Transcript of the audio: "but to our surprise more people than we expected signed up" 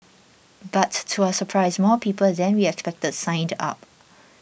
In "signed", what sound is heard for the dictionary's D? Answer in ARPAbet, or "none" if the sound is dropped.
D